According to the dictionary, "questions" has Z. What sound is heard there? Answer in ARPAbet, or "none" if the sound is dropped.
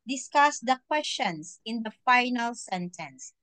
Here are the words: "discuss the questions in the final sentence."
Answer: S